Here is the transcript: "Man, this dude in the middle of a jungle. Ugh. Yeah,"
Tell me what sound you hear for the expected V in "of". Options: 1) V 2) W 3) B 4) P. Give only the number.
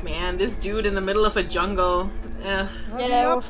1